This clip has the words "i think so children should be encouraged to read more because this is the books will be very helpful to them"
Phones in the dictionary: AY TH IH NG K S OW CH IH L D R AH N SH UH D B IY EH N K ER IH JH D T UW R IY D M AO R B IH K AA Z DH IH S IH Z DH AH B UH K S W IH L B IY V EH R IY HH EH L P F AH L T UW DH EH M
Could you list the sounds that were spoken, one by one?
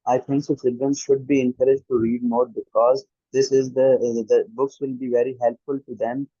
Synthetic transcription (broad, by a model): AY T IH NG K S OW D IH D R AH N SH UH D B IY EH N K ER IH JH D T UW R IY D M AO R B IH K AA Z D IH S IH Z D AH B UH K S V IH L B IY V EH R IY HH EH L P F AH L T UW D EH M